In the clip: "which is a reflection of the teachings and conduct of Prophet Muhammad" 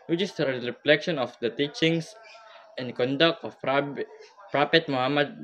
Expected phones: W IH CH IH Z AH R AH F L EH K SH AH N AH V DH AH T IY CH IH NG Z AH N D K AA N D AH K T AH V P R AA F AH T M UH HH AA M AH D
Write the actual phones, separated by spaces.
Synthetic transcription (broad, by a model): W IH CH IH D AH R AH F L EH K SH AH N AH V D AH T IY CH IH NG S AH N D K AA N D AH K T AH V P R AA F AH T M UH HH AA M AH D